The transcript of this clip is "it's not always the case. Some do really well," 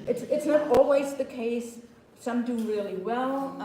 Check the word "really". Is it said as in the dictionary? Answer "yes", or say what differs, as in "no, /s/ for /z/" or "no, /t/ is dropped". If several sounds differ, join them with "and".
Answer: yes